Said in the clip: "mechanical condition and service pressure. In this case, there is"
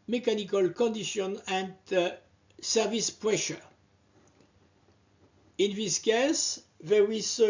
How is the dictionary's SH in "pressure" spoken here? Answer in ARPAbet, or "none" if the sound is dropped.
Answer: SH